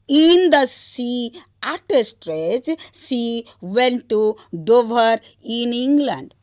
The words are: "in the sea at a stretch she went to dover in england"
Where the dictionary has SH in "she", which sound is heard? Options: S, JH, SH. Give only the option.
S